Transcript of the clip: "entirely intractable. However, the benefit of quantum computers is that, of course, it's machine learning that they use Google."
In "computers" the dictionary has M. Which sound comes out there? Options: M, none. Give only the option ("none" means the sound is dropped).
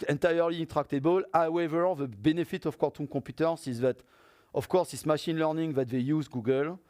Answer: none